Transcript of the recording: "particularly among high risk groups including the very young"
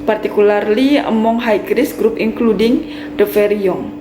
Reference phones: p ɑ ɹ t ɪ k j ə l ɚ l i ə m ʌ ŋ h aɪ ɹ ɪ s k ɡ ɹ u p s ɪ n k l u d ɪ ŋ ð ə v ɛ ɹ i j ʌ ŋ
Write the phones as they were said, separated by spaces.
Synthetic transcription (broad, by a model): p ɑ ɹ t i k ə l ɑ l i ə m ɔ ŋ h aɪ ɹ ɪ s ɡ ɹ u p ɪ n k l u d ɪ ŋ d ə f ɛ ɹ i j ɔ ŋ